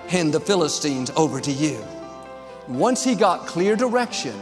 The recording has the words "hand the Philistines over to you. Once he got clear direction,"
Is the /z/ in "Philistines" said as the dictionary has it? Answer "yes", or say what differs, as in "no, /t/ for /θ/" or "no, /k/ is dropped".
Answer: yes